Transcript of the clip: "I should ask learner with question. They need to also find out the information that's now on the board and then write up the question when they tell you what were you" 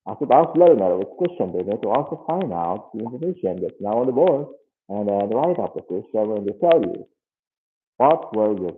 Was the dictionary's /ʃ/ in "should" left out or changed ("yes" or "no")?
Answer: yes